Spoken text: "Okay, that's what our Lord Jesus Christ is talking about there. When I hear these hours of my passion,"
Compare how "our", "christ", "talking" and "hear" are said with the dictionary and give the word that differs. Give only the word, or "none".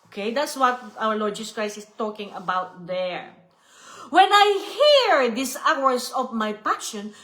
christ